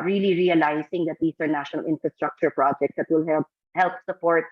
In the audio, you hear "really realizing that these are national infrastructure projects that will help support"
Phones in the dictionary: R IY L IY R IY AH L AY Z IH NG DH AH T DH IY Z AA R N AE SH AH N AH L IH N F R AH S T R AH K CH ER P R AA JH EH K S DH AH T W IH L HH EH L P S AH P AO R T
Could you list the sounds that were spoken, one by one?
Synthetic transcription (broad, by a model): R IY L IY R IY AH L AY S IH NG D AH T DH IY S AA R N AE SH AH N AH L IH N F R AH S T R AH K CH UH P R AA JH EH K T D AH T W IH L HH EH L P S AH P AO R T